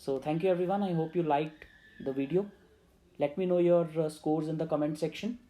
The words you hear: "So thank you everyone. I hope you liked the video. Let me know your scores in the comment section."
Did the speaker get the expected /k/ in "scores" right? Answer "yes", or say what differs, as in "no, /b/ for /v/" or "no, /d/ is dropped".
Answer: yes